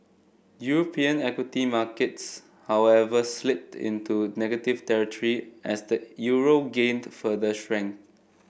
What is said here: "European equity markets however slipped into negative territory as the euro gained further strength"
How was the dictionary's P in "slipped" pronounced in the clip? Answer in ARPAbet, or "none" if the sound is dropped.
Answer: none